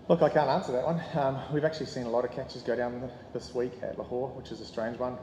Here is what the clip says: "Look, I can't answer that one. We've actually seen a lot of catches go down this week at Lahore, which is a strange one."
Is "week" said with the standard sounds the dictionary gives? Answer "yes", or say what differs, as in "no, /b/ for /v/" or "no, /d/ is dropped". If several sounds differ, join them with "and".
yes